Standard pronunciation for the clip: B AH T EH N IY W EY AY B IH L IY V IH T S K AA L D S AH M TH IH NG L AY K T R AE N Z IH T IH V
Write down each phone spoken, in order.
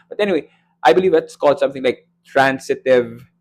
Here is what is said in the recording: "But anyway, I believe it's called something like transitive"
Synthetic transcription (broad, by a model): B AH T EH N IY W EY AY B IH L IY V IH T S K AA L D S AH M TH IH NG L AY K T R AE N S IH T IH V